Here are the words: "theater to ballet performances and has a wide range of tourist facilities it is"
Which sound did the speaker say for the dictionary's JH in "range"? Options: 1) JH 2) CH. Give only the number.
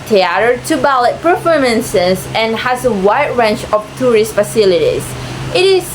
2